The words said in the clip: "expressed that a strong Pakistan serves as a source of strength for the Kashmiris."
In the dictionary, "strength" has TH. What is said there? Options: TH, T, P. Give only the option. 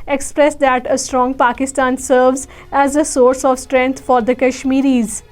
T